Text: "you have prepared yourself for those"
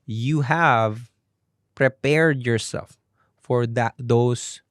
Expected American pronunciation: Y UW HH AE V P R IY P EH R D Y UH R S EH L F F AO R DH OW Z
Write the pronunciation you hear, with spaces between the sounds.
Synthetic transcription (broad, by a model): Y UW HH AE V P R IY P EH R D Y UH R S EH L F F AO R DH OW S